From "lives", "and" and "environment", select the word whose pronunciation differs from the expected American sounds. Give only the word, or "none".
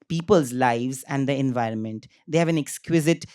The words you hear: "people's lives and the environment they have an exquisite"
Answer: none